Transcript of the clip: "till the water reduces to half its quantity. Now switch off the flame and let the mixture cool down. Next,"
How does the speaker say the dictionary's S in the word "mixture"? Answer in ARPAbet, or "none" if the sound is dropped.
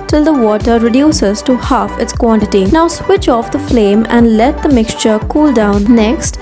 S